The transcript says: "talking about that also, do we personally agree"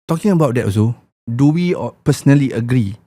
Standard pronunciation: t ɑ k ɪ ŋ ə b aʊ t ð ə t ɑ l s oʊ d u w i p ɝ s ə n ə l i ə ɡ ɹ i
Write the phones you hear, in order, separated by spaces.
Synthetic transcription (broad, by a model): t ɑ k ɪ ŋ ə b aʊ t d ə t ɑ s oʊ d u w i p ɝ s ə n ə l i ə ɡ ɹ i